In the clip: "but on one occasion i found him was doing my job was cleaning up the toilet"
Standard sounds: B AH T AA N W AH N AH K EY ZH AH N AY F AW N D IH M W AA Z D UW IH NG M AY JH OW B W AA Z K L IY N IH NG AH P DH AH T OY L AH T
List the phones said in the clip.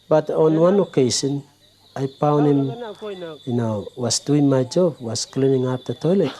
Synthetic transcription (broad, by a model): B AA T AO N W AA N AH K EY S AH N AY P AW N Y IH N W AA S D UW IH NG M AY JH OW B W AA S K L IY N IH NG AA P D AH T OY L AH T